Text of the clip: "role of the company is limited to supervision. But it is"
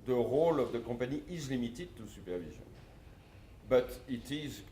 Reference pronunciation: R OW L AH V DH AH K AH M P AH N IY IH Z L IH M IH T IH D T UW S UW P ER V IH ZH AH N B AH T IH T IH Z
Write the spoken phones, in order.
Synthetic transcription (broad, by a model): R OW L AH V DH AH K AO P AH N IY IH Z L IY M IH T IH D T UW S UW P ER V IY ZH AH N B AH T IH T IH Z